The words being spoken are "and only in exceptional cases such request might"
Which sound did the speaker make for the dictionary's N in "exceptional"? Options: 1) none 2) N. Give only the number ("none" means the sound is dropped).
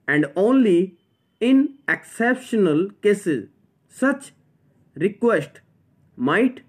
2